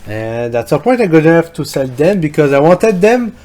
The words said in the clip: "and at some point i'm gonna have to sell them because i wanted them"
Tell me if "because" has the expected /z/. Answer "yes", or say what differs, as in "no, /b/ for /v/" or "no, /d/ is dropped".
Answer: yes